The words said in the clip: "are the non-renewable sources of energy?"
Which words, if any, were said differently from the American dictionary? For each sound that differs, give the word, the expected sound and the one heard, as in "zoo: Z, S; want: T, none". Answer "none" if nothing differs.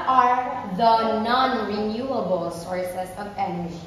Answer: sources: Z, S